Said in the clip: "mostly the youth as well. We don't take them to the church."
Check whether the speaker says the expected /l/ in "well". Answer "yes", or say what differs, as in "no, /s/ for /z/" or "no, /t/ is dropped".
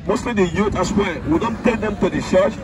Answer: no, /n/ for /l/